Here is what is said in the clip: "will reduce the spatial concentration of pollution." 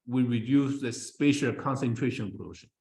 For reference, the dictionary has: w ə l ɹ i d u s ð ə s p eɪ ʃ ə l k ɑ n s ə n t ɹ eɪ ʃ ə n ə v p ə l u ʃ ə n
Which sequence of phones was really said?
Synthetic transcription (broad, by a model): w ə ɹ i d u s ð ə s p eɪ ʃ ə l k ɑ n s ə n t ɹ eɪ ʃ ə n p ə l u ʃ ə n